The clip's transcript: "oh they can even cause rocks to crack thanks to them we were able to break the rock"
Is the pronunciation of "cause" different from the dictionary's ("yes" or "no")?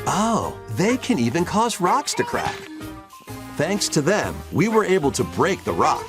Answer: no